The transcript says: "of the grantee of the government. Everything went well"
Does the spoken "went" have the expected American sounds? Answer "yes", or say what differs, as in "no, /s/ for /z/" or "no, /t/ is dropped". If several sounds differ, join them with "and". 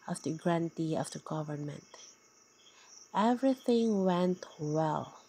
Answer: yes